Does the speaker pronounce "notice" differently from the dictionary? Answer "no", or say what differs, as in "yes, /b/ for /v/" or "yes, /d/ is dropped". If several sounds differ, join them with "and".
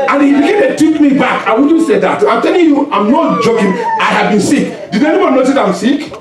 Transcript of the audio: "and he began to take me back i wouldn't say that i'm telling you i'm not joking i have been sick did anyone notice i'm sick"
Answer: yes, /s/ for /t/